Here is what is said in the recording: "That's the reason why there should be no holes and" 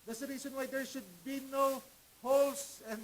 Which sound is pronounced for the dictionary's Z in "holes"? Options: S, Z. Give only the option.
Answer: S